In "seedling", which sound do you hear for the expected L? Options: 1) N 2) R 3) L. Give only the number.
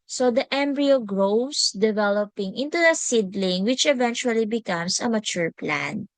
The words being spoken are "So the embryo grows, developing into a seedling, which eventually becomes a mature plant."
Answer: 3